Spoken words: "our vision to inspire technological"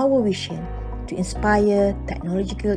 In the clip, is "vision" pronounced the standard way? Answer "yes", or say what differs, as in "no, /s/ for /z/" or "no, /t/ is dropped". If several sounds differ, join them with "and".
no, /ʃ/ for /ʒ/